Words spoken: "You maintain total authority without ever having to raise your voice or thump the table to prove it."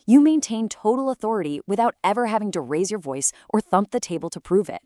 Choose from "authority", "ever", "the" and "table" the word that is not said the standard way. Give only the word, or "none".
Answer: none